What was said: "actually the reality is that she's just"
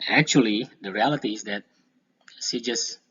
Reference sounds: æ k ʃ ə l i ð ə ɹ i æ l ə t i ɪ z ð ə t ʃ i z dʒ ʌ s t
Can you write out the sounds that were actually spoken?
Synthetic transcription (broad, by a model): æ k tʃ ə l i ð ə ɹ i æ l ə t i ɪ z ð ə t s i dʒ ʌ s